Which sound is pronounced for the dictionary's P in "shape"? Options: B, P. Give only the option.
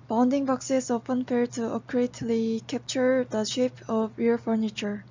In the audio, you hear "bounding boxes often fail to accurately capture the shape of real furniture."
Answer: P